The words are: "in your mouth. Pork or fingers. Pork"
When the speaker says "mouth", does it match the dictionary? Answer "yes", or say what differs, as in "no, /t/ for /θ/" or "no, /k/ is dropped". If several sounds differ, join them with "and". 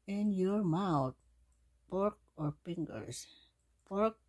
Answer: no, /t/ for /θ/